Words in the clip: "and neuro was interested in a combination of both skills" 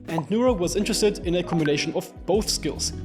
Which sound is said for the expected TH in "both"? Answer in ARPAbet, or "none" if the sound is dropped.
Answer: TH